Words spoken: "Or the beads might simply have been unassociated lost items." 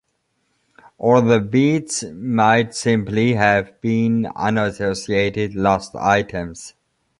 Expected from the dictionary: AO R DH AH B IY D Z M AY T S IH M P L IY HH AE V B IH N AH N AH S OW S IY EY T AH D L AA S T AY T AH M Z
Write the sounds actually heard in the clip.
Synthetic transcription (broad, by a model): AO L DH AH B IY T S M AY T S IH M P L IY HH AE V B IH N AH N AH S OW S IY EY T AH D L AA S T AY T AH M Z